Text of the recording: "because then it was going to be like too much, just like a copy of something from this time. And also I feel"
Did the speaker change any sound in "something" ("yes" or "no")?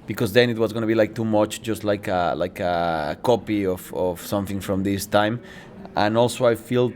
no